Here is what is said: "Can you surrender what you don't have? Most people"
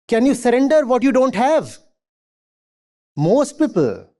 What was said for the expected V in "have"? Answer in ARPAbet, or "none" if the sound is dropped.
V